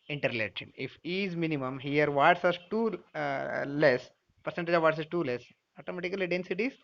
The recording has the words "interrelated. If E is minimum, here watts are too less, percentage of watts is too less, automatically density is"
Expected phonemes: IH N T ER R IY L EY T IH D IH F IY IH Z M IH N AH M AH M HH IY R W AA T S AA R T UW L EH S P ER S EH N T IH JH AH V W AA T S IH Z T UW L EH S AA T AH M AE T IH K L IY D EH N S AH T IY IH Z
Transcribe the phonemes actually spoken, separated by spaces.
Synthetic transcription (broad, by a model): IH N T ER R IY L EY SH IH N IH F IY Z M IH N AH M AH M HH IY R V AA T S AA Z T UW L EH S P ER S EH N T IH JH AH V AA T S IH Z T UW L EH S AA T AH M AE T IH K L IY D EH N S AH T IY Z